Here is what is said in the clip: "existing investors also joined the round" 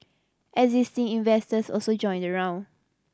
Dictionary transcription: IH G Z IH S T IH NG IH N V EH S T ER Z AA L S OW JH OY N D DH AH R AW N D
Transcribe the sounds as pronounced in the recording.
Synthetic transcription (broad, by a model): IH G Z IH S T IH NG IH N V EH S T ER S AA L S OW JH OY N D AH R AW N